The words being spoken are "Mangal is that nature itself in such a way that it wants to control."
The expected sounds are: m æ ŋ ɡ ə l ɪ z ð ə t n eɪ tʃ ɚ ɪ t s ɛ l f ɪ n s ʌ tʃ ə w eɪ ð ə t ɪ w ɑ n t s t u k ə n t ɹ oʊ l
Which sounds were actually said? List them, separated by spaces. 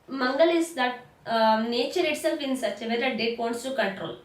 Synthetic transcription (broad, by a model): m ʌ ŋ ɡ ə l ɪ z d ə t n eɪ tʃ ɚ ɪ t s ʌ f ɪ n s ʌ tʃ ə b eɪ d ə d ɪ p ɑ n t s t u k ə n t ɹ oʊ l